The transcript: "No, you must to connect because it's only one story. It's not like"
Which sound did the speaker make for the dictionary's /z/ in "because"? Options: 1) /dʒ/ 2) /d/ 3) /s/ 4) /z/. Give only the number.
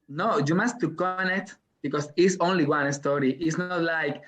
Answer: 3